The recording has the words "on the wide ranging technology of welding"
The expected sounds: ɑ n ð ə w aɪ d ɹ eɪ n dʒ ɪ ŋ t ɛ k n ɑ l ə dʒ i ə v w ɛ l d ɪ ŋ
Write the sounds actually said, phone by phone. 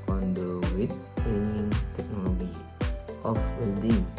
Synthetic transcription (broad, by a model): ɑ n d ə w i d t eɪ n ɪ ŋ t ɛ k n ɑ l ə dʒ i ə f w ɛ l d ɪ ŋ